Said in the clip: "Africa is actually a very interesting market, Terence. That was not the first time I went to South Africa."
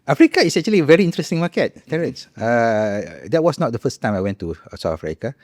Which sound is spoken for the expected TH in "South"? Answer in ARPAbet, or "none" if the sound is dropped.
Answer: T